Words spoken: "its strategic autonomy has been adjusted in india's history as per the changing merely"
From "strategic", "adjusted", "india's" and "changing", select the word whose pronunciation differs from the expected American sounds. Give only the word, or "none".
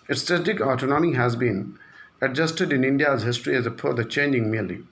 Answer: strategic